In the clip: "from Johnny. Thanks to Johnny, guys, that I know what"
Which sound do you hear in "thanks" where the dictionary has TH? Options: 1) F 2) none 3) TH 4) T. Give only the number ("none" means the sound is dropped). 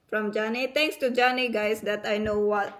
4